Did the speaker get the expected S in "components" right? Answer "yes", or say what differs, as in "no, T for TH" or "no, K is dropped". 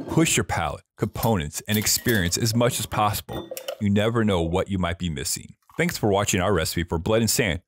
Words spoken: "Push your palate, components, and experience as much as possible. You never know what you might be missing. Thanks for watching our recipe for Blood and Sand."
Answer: yes